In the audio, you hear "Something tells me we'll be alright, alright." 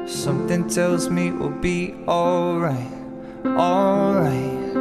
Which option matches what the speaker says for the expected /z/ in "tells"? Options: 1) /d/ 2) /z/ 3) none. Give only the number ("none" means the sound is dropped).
2